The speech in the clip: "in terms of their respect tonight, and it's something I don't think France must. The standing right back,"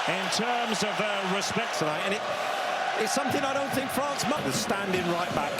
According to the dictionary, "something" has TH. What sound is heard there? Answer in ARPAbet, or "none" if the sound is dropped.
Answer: TH